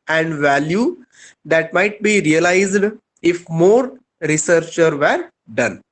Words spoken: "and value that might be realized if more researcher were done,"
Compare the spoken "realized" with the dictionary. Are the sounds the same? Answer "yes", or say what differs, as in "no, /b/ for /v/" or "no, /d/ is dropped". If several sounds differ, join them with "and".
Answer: yes